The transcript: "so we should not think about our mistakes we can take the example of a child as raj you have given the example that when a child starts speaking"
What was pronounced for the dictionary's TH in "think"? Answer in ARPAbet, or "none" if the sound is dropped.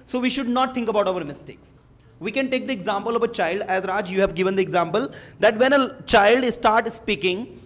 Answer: T